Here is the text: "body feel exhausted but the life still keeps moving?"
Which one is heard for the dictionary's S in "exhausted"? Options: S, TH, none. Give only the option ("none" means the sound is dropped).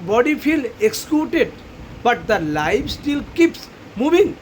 none